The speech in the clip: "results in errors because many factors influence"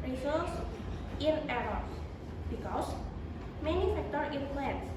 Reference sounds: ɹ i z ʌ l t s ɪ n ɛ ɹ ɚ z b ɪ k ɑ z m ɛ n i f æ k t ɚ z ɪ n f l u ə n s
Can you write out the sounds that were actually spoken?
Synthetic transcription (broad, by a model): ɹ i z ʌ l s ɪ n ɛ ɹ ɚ s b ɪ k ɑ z m ɛ n i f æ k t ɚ ɪ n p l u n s